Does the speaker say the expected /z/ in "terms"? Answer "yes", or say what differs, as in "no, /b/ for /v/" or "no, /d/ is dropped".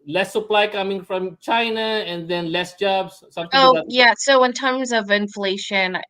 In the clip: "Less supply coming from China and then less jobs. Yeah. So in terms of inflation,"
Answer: yes